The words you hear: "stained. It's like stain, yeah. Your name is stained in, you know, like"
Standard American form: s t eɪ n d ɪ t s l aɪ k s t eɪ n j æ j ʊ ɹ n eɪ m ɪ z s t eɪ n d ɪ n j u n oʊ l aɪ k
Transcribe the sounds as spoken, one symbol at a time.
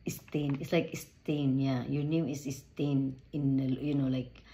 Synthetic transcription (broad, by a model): s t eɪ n ɪ t s l aɪ k s t eɪ n j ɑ j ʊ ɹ n eɪ m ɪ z s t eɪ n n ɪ l j u n oʊ l aɪ k